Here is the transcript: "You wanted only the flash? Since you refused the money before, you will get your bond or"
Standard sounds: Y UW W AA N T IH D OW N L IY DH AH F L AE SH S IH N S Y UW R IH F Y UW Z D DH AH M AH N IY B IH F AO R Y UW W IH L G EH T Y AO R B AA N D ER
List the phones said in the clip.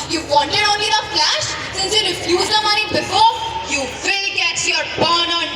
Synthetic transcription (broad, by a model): Y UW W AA N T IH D OW N L IY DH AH F L AE SH S IH N S Y UW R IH F Y UW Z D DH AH M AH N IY B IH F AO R Y UW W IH L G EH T Y AO R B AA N ER